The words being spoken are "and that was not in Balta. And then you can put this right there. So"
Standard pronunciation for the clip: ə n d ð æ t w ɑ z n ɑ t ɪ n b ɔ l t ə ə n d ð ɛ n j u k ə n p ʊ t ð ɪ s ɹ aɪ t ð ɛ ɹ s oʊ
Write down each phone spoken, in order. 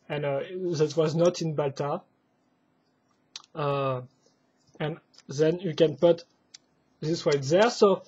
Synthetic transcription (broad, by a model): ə n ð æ t w ɑ z n ɑ t ɪ n b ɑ l t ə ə n ð ɛ n j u k ə n p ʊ t ð ɪ s w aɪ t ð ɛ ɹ s oʊ